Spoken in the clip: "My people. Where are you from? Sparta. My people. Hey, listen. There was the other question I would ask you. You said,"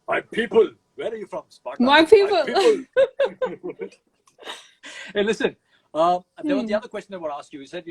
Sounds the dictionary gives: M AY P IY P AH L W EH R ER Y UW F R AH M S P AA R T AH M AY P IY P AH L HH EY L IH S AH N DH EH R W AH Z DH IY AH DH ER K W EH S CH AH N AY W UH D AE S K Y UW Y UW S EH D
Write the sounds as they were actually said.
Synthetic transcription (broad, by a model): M AY P IY P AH L W EH R ER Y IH F R AH M S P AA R M AY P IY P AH L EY L IH S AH N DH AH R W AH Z DH IY AH DH ER K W EH S CH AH IH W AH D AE S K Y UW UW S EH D